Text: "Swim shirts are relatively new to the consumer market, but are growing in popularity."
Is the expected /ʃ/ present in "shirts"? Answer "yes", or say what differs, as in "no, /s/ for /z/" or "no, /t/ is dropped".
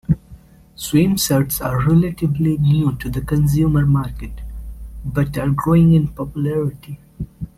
no, /s/ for /ʃ/